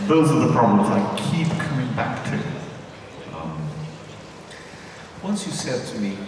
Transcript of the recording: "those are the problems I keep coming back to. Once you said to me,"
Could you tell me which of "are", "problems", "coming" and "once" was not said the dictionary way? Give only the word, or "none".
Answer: none